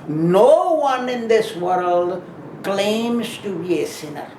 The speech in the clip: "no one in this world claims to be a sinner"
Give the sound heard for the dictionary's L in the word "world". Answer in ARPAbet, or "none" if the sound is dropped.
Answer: L